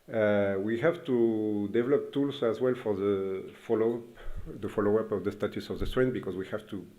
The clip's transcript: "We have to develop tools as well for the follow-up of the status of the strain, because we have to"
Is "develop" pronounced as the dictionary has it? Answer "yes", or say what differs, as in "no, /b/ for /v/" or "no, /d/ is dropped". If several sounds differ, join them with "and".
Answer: yes